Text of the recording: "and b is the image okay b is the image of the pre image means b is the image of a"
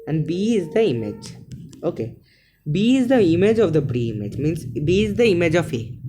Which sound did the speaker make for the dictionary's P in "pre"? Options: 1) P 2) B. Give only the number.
2